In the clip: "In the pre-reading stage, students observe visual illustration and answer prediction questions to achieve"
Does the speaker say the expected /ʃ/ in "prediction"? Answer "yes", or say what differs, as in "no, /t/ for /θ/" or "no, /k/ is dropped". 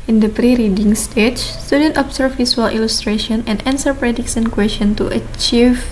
no, /s/ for /ʃ/